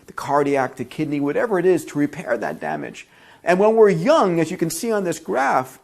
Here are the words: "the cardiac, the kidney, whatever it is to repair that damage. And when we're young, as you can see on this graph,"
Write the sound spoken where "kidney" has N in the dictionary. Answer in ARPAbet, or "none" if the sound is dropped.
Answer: N